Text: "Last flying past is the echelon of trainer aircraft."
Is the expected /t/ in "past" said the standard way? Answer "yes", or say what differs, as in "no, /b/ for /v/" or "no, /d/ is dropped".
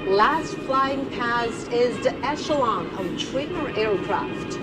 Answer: no, /t/ is dropped